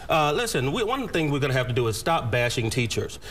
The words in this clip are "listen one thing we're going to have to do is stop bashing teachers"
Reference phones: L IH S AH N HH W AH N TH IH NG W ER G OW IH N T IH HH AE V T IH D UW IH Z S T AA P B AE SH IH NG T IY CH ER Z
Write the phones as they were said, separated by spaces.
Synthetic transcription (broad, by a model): L IH S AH N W W AH N TH IH NG W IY G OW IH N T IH HH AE F T IH D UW IH Z S T AA P B AE SH IH NG T IY CH ER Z